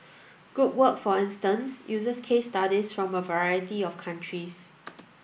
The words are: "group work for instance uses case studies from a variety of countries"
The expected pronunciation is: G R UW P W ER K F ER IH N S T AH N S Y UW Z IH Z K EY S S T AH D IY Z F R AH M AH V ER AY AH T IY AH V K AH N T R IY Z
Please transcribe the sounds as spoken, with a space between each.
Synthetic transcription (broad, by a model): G UW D W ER K F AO IH N S T AH N S Y UW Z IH S K EY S S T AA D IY S F R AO M AH V ER AY AH T IY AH F K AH N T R IY S